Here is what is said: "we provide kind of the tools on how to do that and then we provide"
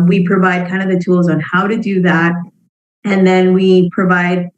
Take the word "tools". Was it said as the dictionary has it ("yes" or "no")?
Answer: yes